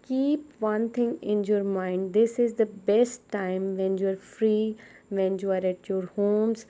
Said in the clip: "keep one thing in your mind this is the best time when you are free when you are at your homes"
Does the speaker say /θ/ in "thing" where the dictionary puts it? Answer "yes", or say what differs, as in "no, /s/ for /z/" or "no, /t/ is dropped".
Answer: no, /t/ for /θ/